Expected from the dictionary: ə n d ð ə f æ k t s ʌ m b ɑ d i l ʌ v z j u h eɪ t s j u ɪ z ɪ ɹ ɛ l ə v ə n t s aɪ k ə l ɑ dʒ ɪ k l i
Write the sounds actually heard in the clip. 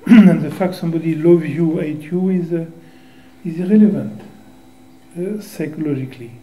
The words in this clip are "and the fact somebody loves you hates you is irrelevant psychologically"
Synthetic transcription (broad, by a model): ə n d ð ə f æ k t s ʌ m b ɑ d i l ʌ v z j u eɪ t j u ɪ z ɪ ɹ ɛ l ə v ə n t s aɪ k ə l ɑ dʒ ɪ k l i